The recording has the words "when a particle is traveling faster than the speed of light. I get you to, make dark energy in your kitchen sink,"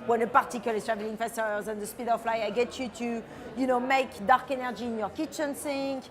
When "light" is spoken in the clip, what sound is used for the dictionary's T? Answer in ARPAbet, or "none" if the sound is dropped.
none